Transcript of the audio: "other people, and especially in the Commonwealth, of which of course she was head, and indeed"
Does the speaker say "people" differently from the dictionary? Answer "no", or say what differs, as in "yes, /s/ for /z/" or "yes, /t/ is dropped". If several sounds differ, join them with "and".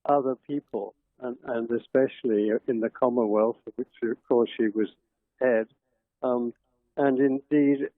yes, /n/ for /l/